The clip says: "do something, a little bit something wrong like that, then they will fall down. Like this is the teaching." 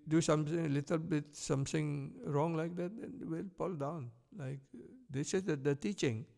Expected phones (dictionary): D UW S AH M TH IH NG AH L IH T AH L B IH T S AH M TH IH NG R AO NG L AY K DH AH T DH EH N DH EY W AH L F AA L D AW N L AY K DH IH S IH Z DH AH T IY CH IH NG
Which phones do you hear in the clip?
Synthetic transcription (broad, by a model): D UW S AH M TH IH NG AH L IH T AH L B IH T S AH M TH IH NG R AO NG L AY K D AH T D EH N W AH L P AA L D AW N L AY K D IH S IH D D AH T IY CH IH NG